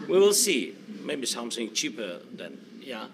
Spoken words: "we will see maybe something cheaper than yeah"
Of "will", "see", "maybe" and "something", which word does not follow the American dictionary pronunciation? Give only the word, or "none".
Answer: something